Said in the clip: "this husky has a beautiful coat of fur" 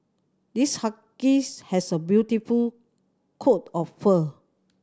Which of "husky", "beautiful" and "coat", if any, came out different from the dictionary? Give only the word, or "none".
husky